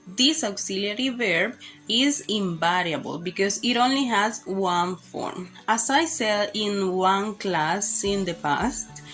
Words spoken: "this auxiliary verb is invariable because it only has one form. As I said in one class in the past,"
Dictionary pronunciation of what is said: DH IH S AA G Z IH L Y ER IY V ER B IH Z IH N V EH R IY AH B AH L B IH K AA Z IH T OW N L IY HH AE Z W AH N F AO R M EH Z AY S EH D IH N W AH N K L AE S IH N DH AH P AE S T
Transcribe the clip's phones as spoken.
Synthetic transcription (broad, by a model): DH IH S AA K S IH L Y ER IY V ER B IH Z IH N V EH R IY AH B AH L B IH K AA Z IH T OW N L IY HH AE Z W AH N F AO R M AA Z AY S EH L IH N W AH N K L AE S IH N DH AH P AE S T